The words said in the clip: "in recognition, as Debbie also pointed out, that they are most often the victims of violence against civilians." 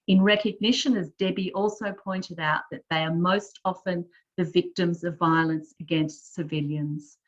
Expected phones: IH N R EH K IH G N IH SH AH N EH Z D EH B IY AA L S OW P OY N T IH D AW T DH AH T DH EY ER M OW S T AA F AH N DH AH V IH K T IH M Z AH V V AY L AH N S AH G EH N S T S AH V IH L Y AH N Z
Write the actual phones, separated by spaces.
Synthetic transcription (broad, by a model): IH N R EH K IH G N IH SH AH N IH Z D EH B IY AA L S OW P OY N T IH D AW T DH AH T DH EY ER M OW S T AA F AH N DH AH V IH K T IH M Z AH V V AY L AH N S AH G EH N S T S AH V IH L Y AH N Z